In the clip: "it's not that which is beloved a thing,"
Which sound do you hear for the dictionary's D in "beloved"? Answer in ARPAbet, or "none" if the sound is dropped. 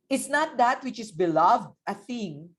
D